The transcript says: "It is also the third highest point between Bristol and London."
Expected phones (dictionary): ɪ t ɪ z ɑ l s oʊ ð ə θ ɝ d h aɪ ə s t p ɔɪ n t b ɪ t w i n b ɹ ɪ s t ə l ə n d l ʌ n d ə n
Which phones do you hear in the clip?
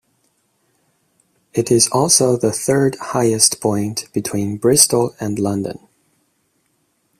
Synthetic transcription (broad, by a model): ɪ t ɪ z ɑ l s oʊ ð ə θ ɝ d h aɪ ə s t p ɔɪ n b ɪ t w i n b ɹ ɪ s t l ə n l ʌ n d ə n